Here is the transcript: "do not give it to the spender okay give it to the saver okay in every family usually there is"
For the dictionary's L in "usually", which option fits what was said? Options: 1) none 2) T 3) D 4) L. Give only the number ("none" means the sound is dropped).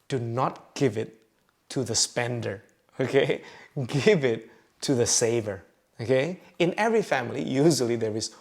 4